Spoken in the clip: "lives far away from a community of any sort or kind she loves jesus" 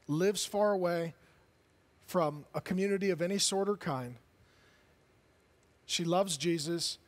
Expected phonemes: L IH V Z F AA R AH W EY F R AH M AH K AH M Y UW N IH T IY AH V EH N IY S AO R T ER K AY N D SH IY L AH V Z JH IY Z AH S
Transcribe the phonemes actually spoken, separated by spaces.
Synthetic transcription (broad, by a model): L IH V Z F AA R AH W EY F R AH M AH K AH M Y UW N IH T IY AH V EH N IY S AO R T ER K AY N D SH IY L AH V Z JH IY Z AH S